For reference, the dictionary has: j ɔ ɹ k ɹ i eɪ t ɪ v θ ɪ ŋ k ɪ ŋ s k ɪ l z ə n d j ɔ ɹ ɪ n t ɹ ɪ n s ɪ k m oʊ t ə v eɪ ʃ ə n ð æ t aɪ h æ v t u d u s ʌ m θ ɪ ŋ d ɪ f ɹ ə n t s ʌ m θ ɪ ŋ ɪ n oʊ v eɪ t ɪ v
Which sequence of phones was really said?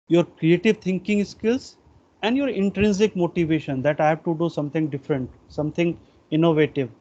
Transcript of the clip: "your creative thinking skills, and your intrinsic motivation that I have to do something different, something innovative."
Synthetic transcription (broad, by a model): j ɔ ɹ k ɹ i eɪ t ɪ v t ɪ ŋ k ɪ ŋ s k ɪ l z ə n d j ɔ ɹ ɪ n t ɹ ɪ n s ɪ k m oʊ t ə v eɪ ʃ ə n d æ t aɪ h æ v t u d u s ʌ m t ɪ ŋ d ɪ f ɹ ə n t s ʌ m t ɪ ŋ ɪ n oʊ v eɪ t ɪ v